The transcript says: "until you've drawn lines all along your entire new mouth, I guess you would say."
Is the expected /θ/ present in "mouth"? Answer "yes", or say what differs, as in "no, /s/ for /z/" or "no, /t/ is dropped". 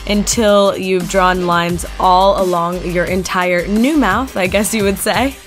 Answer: yes